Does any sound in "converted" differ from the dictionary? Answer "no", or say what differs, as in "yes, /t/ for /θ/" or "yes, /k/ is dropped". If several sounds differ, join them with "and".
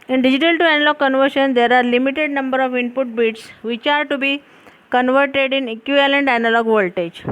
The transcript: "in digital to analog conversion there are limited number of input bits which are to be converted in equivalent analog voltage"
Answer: no